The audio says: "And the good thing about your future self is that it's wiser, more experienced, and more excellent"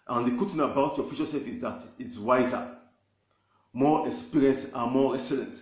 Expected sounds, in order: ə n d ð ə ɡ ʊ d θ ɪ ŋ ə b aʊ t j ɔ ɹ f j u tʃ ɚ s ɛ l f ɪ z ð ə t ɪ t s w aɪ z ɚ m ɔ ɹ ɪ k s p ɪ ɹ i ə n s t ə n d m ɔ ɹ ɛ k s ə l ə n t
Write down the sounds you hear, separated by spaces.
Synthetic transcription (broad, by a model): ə n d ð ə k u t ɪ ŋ ə b aʊ t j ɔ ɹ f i ʃ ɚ s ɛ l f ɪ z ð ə t ɪ t s w aɪ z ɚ m ɔ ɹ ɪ k s p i ɹ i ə n s ə m ɔ ɹ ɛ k s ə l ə n t